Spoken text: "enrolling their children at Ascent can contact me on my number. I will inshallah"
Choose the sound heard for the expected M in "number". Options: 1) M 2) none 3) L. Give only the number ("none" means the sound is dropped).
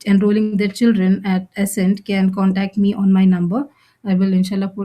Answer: 1